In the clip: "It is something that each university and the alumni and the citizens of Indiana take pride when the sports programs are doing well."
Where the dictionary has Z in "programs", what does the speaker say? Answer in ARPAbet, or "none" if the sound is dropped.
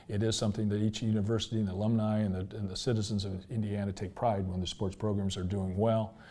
Z